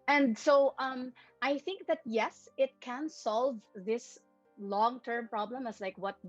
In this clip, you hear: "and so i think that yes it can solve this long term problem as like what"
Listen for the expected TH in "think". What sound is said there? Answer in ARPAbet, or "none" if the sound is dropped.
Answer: TH